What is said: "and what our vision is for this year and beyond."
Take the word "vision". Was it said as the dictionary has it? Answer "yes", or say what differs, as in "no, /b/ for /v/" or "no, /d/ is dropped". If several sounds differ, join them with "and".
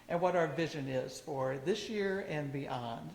yes